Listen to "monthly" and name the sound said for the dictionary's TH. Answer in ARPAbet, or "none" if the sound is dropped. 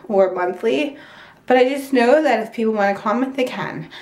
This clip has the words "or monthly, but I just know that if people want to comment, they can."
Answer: TH